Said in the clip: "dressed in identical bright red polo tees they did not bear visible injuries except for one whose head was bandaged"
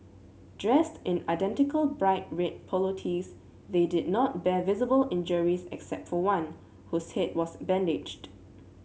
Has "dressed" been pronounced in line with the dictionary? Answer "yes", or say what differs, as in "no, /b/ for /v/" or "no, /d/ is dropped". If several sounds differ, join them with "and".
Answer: yes